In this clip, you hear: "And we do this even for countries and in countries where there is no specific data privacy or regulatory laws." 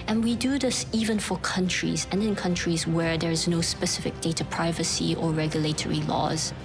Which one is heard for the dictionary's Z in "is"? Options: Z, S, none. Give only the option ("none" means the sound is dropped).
Z